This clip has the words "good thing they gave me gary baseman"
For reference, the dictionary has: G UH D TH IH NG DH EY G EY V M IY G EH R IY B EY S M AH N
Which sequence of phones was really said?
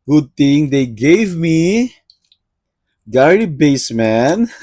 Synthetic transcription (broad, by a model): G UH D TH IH NG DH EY G EY V M IY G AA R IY B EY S M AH N